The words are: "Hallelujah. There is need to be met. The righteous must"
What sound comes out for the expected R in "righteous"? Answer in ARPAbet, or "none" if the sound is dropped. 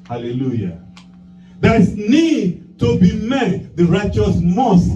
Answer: R